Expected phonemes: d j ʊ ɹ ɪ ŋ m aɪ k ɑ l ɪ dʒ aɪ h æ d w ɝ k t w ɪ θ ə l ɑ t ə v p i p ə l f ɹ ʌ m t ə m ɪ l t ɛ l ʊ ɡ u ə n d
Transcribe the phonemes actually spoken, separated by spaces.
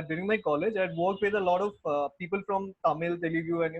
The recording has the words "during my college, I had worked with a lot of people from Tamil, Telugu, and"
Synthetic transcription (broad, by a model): d j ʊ ɹ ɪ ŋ m aɪ k ɑ l ɪ dʒ aɪ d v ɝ k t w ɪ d ə l ɑ t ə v p i p ə l f ɹ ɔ m t ə m ɪ l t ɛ l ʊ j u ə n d